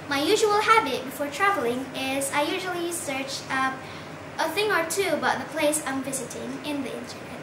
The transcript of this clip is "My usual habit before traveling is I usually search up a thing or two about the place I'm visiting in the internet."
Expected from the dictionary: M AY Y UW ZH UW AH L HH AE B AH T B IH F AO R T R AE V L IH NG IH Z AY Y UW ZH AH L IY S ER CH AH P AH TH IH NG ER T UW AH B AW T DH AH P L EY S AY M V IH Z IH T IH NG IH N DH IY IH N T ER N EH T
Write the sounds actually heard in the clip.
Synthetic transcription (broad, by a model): M AY Y UW ZH UW AH L HH AE B AH T B IH F AO R T R AE V L IH NG IH Z AY Y UW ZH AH L IY S ER CH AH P AH TH IH NG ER T UW AH B AW T DH AH P L EY S AY M V IH Z IH T IH NG IH N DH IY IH N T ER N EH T